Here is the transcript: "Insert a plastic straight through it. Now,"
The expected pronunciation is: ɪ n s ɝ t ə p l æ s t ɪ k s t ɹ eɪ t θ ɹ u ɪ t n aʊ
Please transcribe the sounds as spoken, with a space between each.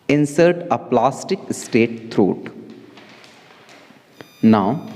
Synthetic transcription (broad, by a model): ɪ n s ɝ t ə p l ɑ s t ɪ k s t eɪ t t ɹ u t n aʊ